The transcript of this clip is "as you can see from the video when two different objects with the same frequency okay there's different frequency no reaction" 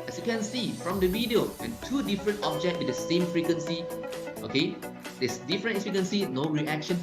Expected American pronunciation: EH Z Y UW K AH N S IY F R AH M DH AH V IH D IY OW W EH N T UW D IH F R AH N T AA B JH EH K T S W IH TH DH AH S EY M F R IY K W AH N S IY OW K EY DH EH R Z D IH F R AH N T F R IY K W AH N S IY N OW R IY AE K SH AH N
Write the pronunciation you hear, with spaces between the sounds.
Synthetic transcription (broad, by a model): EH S Y UW K AH N S IY F R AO M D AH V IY D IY OW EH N T UW D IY F R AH N T AA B JH EH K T W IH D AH S EY M F R IY K W AH N S IY OW K EY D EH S D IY F R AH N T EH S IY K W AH N S IY N OW R IY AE K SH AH N